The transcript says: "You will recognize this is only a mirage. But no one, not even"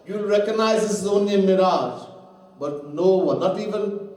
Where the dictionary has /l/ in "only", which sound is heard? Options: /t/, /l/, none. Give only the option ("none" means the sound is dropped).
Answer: none